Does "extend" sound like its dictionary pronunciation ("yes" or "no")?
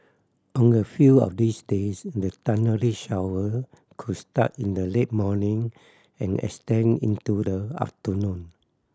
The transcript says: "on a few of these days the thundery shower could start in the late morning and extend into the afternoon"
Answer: no